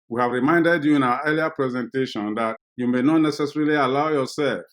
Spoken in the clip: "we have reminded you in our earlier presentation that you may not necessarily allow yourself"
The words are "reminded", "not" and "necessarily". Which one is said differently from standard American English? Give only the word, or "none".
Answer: none